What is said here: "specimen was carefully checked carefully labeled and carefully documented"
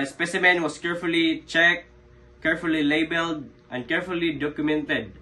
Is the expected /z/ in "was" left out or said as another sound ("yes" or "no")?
yes